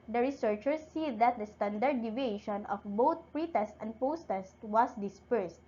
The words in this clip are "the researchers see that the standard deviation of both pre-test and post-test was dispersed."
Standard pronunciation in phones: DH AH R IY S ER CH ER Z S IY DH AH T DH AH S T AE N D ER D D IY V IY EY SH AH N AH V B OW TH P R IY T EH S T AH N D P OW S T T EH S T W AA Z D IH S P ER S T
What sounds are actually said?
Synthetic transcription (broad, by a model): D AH R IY S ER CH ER S IY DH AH T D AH S T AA N D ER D D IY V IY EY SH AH N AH F B OW T P R IY T EH S T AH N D P OW S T T EH S T W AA S D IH S P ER S T